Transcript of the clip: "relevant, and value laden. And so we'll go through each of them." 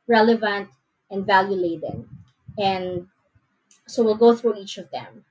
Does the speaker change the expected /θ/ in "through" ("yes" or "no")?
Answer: no